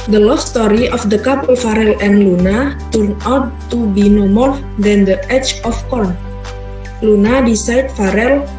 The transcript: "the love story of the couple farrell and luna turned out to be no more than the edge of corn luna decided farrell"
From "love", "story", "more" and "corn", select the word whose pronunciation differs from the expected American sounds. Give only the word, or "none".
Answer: love